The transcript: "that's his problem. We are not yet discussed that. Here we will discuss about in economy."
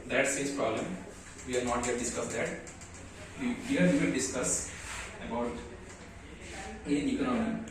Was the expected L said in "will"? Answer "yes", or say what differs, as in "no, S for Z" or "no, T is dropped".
no, N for L